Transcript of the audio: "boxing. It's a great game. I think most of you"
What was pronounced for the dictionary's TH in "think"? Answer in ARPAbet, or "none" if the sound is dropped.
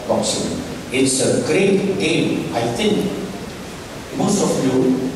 T